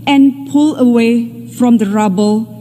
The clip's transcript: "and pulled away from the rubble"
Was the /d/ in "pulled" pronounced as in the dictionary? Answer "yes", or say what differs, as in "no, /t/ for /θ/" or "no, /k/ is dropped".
no, /d/ is dropped